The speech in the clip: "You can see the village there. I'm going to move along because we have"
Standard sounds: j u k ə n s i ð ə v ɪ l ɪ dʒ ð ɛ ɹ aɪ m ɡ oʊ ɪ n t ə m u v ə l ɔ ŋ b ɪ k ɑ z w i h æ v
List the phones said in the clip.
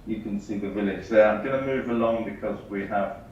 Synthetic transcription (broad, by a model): j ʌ k ə n s i ð ə v ɪ l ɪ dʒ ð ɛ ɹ aɪ m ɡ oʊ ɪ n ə m u v ə l ɔ ŋ b ɪ k ɑ z w i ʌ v